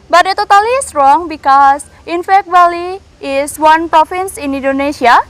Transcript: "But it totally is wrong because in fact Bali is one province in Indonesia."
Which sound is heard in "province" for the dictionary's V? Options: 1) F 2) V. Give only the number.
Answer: 1